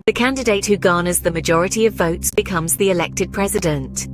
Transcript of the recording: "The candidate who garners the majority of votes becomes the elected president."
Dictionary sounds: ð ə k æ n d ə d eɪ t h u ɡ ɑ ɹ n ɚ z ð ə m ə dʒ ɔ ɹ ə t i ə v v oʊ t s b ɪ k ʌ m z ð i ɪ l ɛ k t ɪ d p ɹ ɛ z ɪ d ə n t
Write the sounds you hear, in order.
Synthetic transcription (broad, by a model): ð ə k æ n d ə d eɪ t h u ɡ ɑ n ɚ z ð ə m ə dʒ ɔ ɹ ə t i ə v v oʊ t s b ɪ k ʌ m z ð i ɪ l ɛ k t ɪ d p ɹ ɛ z ɪ d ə n t